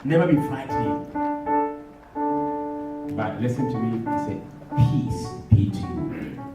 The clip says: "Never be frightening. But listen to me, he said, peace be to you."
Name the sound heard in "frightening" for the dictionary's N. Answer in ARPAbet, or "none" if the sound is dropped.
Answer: none